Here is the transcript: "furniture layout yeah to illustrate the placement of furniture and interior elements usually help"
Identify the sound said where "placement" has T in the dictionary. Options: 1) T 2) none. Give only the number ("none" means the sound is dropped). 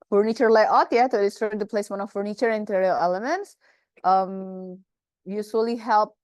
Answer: 2